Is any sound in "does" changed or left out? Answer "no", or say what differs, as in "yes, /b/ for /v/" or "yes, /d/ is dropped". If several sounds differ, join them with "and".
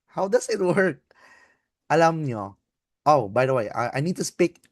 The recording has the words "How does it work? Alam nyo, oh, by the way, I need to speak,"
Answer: yes, /s/ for /z/